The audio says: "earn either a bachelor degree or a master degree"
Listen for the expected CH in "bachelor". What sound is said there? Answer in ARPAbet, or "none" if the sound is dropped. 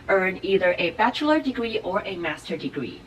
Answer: CH